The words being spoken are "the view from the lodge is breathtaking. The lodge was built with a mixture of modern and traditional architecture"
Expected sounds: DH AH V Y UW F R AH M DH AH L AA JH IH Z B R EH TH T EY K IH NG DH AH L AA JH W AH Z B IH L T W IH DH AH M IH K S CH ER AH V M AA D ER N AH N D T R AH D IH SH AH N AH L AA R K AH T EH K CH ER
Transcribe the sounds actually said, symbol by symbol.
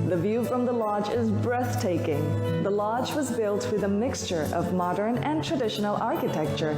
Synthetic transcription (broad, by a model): DH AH V Y UW F R AH M DH AH L AA JH IH Z B R EH TH T EY K IH NG DH AH L AA JH W AH Z B IH L T W IH DH AH M IH K S CH ER AH V M AA D ER N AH N T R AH D IH SH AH N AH L AA R K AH T EH K CH ER